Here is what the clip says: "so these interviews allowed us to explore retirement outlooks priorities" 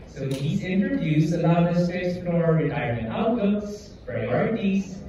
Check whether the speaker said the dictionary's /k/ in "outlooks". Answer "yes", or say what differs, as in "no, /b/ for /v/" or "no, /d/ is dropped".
no, /k/ is dropped